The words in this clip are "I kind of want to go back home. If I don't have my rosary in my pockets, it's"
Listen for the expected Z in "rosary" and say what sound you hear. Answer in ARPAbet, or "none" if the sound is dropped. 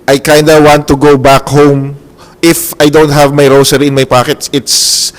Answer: S